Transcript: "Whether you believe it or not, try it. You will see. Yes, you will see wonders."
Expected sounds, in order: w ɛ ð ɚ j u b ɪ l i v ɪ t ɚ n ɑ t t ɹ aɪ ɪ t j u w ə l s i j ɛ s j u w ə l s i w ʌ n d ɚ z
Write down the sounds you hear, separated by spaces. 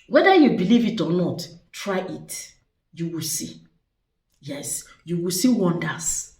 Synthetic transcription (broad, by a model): w ɛ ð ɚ j u b ɪ l i v ɪ t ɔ n ɑ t t ɹ aɪ ɪ t j u w ə l s i j ɛ s j u w ə l s i w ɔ n d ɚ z